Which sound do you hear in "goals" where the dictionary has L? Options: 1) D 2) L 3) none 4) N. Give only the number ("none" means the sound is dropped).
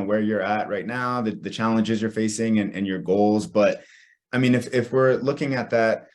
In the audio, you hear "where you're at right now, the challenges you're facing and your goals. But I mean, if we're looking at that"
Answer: 2